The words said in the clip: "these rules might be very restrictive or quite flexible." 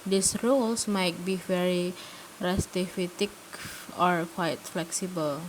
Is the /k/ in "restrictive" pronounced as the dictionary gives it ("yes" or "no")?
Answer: no